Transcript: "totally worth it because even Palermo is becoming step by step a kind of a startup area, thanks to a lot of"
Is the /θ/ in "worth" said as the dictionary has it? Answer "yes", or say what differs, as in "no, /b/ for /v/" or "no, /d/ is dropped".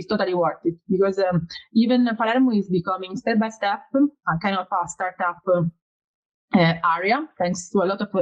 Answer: no, /t/ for /θ/